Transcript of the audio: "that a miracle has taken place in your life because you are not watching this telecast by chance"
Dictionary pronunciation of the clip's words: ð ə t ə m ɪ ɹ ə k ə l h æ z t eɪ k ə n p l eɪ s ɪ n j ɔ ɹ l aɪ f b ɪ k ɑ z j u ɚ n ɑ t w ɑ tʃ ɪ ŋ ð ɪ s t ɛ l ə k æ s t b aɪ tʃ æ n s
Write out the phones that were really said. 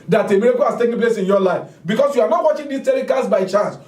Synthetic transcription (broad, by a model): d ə t ə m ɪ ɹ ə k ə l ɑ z t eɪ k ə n p l eɪ s ɪ n j ɔ l aɪ f b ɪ k ɑ s j u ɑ n ɑ t w ɑ tʃ ɪ ŋ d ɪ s t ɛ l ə k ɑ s b aɪ tʃ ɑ n s